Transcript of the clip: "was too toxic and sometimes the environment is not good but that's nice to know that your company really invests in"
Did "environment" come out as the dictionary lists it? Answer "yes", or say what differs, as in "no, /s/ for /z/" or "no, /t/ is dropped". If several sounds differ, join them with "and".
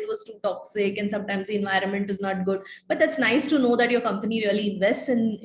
yes